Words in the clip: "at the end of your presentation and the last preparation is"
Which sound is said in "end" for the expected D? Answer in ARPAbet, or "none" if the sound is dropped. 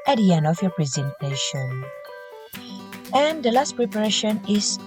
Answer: none